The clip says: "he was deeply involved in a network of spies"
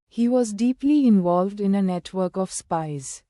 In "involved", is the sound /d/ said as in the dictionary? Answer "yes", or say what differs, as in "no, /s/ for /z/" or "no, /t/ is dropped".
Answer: yes